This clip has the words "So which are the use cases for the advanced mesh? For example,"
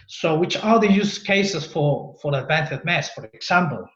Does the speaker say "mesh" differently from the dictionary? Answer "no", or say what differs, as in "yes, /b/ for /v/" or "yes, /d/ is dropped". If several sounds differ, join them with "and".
yes, /s/ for /ʃ/